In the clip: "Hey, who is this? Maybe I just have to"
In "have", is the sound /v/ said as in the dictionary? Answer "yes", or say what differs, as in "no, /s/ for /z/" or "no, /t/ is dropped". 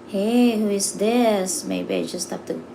no, /p/ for /v/